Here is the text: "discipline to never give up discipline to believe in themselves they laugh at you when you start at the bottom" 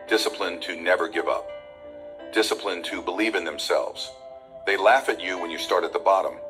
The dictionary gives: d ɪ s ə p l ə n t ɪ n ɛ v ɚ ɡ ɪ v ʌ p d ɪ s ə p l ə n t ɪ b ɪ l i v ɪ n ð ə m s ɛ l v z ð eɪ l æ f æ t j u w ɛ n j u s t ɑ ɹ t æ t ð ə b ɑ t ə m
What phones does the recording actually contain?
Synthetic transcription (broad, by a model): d ɪ s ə p l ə n t ɪ n ɛ v ɚ ɡ ɪ v ʌ p d ɪ s ə p l ə n t ɪ b ɪ l i v ɪ n ð ə m s ɛ l v z ð eɪ l æ f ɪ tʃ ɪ w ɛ n j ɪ s t ɑ ɹ t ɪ t ð ə b ɑ t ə m